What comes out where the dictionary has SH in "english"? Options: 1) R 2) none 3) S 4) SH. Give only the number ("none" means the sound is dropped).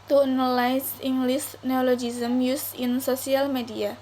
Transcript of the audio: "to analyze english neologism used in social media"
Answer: 3